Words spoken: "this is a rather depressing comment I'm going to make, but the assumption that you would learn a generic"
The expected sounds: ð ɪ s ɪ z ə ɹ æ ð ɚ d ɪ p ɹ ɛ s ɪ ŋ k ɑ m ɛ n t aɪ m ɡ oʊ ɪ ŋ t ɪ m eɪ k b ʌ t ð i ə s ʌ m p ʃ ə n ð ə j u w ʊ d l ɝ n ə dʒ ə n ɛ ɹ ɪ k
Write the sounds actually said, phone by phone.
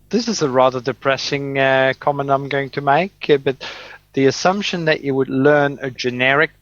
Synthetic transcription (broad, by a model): ð ɪ s ɪ z ə ɹ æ ð ɚ d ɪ p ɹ ɛ s ɪ ŋ k ɑ m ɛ n aɪ m ɡ oʊ ɪ ŋ t ɪ m eɪ k b ʌ t ð i ə s ʌ m p ʃ ə n ð ə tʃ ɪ w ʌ d l ɝ n ə dʒ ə n ɛ ɹ ɪ k